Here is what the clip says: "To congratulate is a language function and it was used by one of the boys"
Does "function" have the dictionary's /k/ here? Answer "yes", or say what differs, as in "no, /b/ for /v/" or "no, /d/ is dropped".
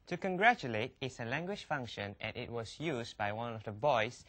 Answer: yes